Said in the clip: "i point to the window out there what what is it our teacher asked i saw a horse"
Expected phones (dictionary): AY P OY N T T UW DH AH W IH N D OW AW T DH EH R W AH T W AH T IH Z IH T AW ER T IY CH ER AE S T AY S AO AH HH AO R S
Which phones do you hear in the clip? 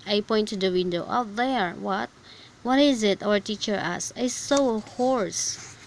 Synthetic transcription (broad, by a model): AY P OY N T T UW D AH W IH N D OW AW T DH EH R W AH T W AH T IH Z IH T AW ER T IY CH ER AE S AY S AO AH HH AO R S